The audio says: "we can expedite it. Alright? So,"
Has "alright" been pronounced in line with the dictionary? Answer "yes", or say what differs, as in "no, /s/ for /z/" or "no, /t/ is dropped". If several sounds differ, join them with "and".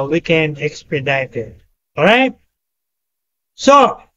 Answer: no, /l/ is dropped